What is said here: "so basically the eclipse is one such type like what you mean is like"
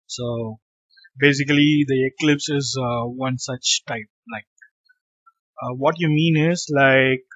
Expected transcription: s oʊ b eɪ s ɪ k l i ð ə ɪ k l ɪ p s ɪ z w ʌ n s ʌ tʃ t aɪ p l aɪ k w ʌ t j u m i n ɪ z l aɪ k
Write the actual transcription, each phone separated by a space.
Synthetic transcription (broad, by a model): s oʊ b eɪ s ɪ k l i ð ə ɪ k l ɪ p s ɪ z w ʌ n s ʌ tʃ t aɪ p l aɪ k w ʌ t j u m i n ɪ z l aɪ k